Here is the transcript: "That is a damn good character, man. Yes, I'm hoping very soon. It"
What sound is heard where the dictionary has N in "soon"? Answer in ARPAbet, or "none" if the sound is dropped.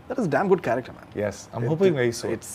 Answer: none